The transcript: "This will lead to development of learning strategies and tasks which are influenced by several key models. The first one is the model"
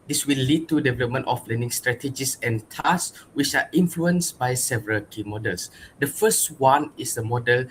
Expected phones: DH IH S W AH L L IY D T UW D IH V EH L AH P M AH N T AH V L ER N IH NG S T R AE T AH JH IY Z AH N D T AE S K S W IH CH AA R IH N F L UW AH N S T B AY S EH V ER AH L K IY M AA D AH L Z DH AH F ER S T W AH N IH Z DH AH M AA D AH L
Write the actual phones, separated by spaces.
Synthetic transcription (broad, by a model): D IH S W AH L L IY D T UW D IH V EH L AH P M AH N T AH F L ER N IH NG S T R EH T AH JH IY S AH N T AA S S W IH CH AA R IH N F L UW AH N S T B AY S EH V ER AH L K IY M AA D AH L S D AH F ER S T W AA N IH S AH M AA D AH L